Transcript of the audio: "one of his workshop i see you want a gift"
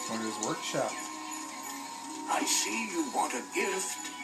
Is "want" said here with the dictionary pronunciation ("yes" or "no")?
yes